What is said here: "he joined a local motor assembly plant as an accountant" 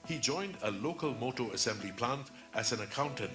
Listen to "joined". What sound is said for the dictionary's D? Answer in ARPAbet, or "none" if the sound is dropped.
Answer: D